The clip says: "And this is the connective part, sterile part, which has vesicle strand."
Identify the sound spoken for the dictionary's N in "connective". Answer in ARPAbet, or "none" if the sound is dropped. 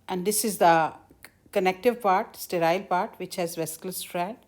N